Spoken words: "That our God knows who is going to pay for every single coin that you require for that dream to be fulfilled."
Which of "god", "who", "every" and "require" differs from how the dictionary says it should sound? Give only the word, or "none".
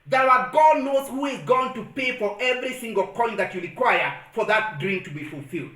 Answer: none